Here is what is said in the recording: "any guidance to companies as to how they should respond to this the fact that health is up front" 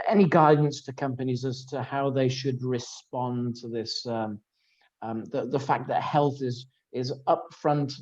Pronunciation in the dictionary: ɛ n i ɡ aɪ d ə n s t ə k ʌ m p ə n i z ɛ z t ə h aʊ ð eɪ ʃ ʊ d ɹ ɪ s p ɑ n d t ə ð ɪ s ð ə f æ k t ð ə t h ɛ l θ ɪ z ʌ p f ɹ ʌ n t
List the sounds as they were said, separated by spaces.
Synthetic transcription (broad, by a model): ɛ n i ɡ aɪ d n s t ə k ʌ m p ə n i z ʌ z t ə h aʊ ð eɪ ʃ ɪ d ɹ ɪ s p ɑ n t ə ð ɪ s ð ə f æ k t ð ə t h ɛ l θ ɪ z ʌ p f ɹ ʌ n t